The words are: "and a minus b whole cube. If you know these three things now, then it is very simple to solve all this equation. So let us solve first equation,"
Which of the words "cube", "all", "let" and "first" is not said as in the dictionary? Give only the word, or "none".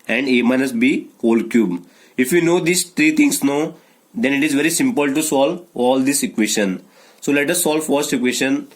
none